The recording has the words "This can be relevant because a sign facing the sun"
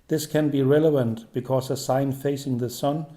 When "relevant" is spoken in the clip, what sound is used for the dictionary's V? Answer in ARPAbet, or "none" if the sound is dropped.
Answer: V